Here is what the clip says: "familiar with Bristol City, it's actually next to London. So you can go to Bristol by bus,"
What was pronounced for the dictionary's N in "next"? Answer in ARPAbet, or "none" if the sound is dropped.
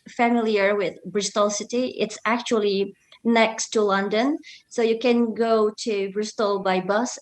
N